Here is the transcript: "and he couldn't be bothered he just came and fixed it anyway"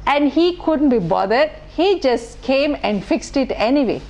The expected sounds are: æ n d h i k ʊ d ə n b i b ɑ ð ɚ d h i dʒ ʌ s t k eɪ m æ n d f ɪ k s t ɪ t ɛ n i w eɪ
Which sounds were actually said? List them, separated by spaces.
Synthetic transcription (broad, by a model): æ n d h i k ʊ d ə n b i b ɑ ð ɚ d h i dʒ ʌ s t k eɪ m æ n d f ɪ k s t ɪ t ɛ n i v eɪ